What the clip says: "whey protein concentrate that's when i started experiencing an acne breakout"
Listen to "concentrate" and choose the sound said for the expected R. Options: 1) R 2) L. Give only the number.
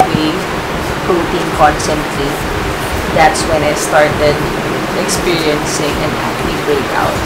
2